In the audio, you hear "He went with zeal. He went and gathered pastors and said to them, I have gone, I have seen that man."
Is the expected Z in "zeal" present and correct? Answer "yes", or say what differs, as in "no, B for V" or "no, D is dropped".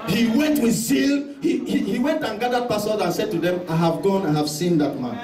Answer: no, S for Z